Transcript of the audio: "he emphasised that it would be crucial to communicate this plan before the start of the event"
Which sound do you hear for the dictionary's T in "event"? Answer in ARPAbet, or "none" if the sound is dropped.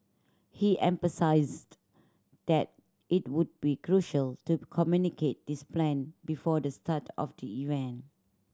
none